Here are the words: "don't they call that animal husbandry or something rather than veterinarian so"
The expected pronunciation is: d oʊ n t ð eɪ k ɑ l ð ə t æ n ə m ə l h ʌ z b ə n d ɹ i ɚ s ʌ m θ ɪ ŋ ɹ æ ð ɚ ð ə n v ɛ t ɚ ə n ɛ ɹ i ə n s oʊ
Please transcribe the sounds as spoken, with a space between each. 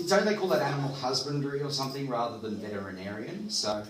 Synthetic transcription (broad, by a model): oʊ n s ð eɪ k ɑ l ð ə t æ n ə m l h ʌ z b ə n d ɹ i ɚ s ʌ m θ ɪ ŋ ɹ æ ð ɚ ð ə n v ɛ t ɚ ə n ɛ ɹ i ə n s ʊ